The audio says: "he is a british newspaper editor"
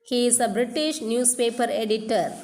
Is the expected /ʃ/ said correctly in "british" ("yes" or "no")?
yes